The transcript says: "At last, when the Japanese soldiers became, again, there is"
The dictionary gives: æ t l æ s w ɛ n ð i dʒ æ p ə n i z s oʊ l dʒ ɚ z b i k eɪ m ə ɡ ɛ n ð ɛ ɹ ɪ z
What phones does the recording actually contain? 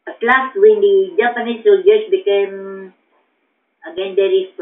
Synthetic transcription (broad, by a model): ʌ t l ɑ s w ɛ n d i dʒ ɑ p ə n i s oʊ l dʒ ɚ s b i k eɪ m ə ɡ ɛ n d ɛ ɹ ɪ